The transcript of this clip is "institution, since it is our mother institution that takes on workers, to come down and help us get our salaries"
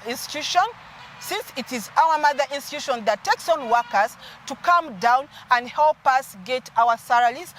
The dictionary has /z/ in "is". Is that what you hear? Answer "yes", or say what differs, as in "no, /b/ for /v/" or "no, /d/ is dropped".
yes